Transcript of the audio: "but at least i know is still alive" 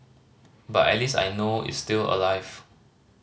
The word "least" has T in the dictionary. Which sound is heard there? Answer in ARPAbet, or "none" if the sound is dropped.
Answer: none